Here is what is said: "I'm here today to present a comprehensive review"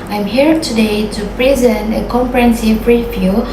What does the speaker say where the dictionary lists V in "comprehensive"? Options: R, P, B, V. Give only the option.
P